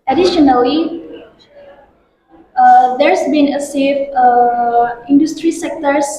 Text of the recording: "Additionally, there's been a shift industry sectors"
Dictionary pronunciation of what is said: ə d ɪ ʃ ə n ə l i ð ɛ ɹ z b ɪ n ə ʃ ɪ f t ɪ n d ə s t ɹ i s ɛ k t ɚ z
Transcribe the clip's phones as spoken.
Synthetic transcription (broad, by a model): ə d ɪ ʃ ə n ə l i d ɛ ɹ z b ɪ n ə s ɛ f ɪ n d ə s t ɹ i s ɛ k t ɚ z